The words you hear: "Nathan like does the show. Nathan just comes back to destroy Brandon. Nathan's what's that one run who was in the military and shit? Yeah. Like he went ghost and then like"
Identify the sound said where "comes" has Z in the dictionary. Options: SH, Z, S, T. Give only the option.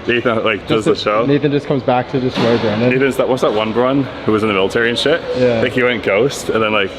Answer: Z